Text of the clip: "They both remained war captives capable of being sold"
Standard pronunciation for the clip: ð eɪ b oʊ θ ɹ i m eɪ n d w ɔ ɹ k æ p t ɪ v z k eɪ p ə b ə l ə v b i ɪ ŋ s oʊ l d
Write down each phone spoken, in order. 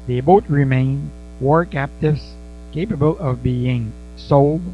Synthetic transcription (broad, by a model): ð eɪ b oʊ t ɹ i m eɪ n w ɔ ɹ k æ p t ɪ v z k eɪ p ə b ə l ə v b i ɪ ŋ s oʊ l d